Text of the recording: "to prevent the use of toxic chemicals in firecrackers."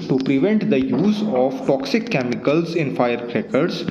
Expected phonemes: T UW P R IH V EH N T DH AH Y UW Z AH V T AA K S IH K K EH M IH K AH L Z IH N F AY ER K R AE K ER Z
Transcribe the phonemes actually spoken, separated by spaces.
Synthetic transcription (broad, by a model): T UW P R IH V EH N T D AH Y UW Z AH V T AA K S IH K K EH M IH K AH L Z IH N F AY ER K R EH K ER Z